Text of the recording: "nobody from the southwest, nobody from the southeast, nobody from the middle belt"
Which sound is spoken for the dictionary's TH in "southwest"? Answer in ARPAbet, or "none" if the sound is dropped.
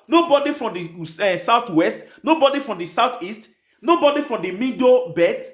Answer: T